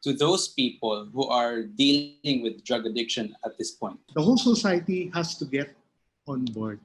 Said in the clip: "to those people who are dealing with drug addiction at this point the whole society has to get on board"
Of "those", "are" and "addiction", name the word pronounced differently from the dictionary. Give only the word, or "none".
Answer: those